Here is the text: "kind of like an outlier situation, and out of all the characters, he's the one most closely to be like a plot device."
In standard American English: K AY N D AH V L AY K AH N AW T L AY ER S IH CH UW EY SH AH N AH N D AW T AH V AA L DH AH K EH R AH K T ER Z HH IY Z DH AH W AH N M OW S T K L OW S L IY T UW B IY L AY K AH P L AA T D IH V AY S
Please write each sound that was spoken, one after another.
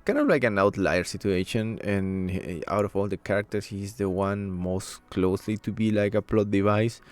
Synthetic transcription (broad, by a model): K AY N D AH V L AY K AH N AW T L AY ER S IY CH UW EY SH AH N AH N AW T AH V AA L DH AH K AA R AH K T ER S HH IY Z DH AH W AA N M OW S T K L OW S L IY T UW B IY L AY K AH P L AA T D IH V AY S